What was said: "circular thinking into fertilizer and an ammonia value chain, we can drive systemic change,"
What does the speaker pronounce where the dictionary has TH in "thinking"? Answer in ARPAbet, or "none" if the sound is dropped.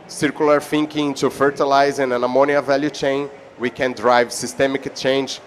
F